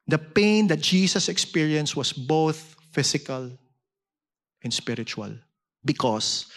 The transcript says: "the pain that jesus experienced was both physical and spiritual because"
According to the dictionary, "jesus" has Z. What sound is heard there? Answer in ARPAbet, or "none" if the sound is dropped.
S